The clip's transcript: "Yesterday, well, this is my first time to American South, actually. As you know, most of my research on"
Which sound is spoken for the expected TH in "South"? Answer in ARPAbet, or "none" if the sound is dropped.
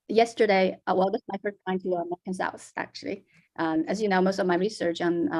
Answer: S